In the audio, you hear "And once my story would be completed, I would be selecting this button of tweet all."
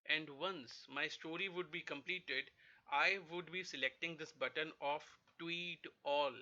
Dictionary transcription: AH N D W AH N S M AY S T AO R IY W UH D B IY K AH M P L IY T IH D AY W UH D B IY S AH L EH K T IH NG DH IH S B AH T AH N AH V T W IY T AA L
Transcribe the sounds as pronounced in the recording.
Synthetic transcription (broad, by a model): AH N D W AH N S M AY S T AO R IY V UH D B IY K AH M P L IY T IH D AY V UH D B IY S AH L EH K T IH NG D IH S B AH T AH N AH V T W IY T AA L